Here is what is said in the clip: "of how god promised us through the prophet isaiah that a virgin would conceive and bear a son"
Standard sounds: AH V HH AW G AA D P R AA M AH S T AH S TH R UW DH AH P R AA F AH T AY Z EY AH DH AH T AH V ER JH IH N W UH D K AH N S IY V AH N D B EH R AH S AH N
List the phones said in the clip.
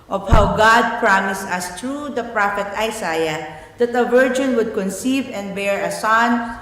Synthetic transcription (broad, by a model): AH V HH AW G AA D P R AA M AH S T AH S T R UW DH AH P R AA F AH T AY S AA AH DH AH T AH V ER JH IH N W UH D K AH N S IY V AH N D B EH R AH S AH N